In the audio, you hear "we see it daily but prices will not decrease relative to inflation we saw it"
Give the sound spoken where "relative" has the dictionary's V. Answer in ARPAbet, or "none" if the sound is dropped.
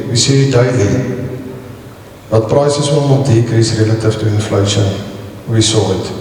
F